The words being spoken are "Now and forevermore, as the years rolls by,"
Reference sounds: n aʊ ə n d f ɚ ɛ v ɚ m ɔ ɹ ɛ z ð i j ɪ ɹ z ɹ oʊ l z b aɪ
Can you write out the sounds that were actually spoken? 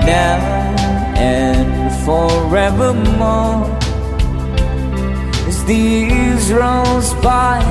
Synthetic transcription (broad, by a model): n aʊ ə n f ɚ ɛ v ɚ m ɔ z ð i z ɹ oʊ z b aɪ